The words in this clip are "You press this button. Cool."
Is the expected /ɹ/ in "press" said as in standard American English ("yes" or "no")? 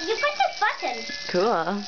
no